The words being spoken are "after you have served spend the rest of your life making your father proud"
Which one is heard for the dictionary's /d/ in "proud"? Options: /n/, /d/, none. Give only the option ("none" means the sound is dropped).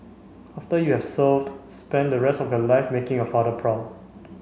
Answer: none